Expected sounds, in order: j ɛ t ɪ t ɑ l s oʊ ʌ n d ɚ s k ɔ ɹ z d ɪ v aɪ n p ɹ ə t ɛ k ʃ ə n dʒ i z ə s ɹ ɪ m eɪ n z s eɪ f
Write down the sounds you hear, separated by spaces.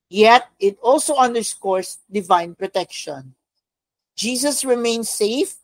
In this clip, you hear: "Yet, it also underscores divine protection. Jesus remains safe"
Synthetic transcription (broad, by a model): j ɛ t ɪ t ɑ l s oʊ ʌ n d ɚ s k ɔ ɹ s d ɪ v aɪ n p ɹ ə t ɛ k ʃ ə n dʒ i s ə s ɹ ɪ m eɪ n s eɪ f